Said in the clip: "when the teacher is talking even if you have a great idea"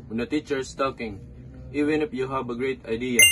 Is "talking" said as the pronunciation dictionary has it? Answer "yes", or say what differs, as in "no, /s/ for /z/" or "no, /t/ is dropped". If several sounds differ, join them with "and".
yes